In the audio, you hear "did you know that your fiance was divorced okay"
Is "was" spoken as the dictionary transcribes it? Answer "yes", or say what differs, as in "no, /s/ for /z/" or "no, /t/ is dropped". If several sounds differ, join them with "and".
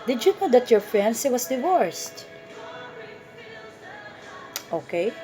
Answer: no, /s/ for /z/